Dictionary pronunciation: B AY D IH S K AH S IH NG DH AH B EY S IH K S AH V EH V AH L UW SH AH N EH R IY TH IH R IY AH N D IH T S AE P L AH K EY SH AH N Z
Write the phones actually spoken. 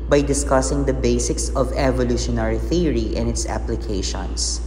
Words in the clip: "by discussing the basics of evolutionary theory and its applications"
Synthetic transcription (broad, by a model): B AY D IH S K AH S IH NG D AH B EY S IH K S AH V EH V AH L UW SH AH N EH R IY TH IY R IY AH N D IH T S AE P L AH K EY SH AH N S